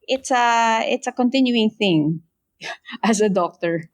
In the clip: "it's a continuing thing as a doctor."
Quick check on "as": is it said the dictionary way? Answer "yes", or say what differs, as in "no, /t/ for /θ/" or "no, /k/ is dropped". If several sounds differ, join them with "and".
no, /s/ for /z/